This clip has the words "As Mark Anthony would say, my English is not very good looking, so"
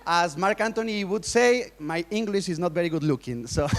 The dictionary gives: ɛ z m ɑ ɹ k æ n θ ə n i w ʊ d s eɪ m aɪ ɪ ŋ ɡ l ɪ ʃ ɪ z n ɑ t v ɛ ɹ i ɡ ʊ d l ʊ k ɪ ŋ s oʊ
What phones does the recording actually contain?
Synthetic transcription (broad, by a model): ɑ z m ɑ ɹ k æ n t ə n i w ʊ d s eɪ m aɪ ɪ ŋ ɡ l ɪ ʃ ɪ z n ɑ t v ɛ ɹ i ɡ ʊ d l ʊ k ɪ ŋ s oʊ